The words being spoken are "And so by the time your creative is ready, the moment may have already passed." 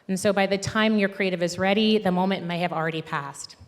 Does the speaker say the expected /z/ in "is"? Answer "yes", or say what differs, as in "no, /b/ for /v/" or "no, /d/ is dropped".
yes